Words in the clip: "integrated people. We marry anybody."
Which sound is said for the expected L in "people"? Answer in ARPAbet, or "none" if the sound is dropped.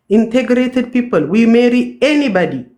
L